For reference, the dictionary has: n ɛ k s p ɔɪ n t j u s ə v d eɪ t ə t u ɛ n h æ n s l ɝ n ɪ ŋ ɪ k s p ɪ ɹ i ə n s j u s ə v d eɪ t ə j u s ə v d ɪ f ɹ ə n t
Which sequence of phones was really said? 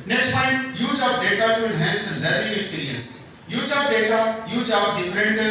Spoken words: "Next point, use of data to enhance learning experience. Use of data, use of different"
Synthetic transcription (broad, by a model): n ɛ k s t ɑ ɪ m j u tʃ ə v d eɪ t ə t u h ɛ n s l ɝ ɪ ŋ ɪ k s p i ɹ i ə n s j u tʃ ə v d eɪ t ə j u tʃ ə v d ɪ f ɹ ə n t